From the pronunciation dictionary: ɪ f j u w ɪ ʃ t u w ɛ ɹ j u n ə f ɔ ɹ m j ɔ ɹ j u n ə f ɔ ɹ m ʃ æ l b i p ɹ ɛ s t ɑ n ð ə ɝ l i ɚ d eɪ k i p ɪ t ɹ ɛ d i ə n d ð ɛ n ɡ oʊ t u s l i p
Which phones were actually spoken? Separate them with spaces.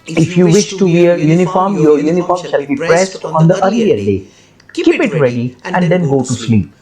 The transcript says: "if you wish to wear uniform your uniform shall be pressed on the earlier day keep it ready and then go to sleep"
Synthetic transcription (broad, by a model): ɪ f j u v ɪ ʃ t u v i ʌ j u n ə f ɔ ɹ m j ɔ ɹ j u n ə f ɔ ɹ m ʃ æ l b i p ɹ ɛ s t ɑ n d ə ɝ l i ɚ d eɪ k i p ɪ t ɹ ɛ d i ə n d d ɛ n ɡ oʊ t u s l i p